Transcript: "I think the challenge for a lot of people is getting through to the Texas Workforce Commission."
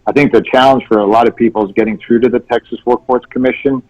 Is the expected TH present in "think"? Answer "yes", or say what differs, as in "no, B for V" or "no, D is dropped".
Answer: yes